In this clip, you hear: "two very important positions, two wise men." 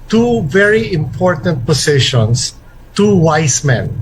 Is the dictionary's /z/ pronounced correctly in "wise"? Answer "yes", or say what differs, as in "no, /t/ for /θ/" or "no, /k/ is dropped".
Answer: no, /s/ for /z/